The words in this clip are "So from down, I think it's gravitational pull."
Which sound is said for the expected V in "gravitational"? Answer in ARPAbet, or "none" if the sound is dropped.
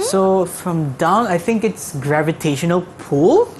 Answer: V